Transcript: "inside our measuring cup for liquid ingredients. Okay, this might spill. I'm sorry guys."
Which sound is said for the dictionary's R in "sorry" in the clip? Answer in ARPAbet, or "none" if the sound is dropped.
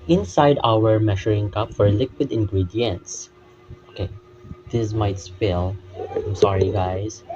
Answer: R